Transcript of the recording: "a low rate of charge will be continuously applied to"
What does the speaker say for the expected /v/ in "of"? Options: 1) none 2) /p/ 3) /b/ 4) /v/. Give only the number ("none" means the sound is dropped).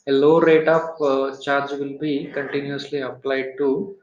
2